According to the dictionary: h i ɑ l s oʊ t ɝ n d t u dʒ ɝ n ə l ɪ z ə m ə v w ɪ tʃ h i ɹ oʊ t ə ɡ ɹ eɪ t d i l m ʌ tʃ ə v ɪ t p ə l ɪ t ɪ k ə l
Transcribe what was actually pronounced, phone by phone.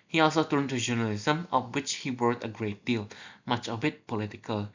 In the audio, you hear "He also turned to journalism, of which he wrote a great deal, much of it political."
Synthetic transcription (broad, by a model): h i ɑ l s oʊ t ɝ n t u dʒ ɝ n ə l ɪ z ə m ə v w ɪ tʃ h i w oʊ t ə ɡ ɹ eɪ t d i l m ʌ tʃ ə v ɪ t p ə l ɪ t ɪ k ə l